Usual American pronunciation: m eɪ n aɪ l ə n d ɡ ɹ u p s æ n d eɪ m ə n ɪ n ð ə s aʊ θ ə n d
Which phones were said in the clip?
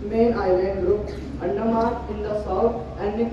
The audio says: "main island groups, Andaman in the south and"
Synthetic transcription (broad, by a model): m eɪ n aɪ l ə n d ɡ ɹ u p æ n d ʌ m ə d ɪ n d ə s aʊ t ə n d